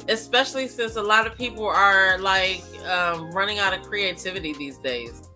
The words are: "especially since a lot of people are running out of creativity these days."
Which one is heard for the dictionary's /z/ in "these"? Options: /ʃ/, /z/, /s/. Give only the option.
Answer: /z/